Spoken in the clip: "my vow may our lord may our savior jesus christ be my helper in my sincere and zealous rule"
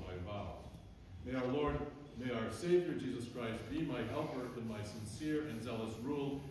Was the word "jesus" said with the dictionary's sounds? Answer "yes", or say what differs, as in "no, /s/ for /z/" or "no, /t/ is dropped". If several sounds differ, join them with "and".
yes